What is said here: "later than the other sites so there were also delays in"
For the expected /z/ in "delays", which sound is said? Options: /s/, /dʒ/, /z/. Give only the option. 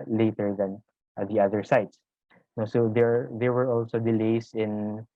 /s/